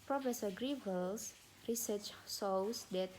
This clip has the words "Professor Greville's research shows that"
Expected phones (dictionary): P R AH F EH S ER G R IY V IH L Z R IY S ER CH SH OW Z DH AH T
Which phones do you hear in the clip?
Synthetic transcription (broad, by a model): P R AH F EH S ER G R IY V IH L S R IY S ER CH S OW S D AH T